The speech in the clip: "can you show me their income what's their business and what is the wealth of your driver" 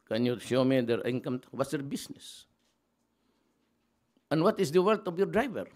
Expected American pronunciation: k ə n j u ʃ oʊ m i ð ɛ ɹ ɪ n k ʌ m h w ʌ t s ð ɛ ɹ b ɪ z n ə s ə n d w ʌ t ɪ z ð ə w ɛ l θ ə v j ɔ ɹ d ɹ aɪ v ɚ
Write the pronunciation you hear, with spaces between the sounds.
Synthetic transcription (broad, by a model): k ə n j u ʃ oʊ m i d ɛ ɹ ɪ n k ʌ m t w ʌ t s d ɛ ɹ b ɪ s n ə s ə n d w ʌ t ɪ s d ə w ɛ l t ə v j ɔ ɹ d ɹ aɪ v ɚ